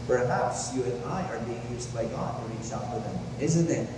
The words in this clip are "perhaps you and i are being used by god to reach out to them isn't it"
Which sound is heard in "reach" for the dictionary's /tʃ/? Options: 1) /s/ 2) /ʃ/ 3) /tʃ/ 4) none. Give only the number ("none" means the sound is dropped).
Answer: 1